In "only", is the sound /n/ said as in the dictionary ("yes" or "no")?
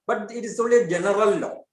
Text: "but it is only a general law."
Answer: no